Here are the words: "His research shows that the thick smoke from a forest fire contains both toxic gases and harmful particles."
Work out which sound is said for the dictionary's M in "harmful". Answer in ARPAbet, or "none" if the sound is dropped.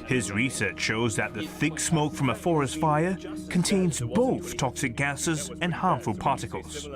M